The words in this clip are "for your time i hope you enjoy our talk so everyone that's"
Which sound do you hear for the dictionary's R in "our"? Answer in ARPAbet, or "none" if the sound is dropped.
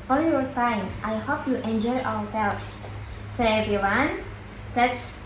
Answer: W